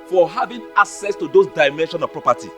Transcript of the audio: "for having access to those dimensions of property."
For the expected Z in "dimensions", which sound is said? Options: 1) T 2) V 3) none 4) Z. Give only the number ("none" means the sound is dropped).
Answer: 3